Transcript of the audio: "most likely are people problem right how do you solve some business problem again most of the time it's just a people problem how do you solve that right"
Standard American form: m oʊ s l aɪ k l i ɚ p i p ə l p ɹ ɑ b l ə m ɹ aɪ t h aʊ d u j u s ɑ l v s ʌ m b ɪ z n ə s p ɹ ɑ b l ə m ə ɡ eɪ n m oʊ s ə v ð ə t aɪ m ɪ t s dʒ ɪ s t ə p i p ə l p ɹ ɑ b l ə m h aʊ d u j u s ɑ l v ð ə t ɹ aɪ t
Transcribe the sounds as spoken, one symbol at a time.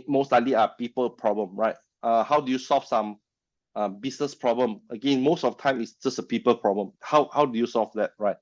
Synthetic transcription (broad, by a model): m oʊ s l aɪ l i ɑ p i p ə l p ɹ ɑ b l ə m ɹ aɪ t h aʊ d u j u s ɑ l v s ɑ m b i s n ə s p ɹ ɑ b l ə m ə ɡ eɪ n m oʊ s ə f t aɪ m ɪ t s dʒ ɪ s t ə p i p ə l p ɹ ɑ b l ə m h aʊ d u j u s ɑ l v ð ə t ɹ aɪ t